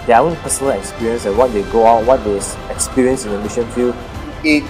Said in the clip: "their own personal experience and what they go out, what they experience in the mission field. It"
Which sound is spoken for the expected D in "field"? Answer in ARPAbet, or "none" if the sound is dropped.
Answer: none